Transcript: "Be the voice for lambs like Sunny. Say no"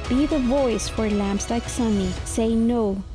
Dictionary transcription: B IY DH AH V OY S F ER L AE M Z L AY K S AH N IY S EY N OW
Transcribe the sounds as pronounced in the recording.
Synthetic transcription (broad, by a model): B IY DH AH V OY S F ER L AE M S L AY K S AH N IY S EY N OW